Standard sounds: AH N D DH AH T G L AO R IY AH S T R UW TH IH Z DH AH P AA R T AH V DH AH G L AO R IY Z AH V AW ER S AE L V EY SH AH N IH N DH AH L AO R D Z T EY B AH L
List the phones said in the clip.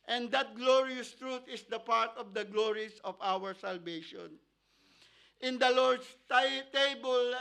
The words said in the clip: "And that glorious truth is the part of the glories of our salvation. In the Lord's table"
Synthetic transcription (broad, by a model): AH N D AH T G L AO R IY AH S T R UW T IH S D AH P AA R T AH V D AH G L AO R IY S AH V AW ER S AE L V EY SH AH N IH N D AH L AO R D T T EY B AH L